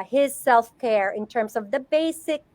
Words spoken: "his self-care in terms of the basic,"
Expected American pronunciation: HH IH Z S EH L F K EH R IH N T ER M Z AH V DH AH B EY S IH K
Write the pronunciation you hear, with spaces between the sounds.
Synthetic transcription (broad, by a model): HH IH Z S EH L F K EH R IH N T ER M Z AH V DH AH B EY S IH K